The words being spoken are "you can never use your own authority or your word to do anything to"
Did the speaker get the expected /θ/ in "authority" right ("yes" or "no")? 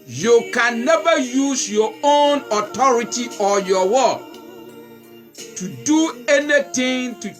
no